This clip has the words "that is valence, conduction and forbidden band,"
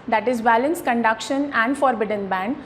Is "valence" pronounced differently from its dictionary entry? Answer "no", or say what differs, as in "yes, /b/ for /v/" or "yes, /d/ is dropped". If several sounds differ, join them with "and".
yes, /b/ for /v/